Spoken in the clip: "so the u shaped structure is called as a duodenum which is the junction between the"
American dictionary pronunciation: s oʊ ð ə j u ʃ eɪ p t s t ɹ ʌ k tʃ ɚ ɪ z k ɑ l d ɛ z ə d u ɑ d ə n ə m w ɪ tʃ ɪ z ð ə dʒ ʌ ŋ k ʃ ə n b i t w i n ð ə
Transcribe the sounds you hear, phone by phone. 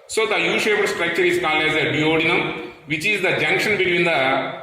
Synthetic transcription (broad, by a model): s oʊ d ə j u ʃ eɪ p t s t ɹ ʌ k tʃ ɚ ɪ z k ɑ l ɛ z ə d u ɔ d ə n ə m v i tʃ ɪ z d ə dʒ ʌ ŋ k ʃ ə n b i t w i n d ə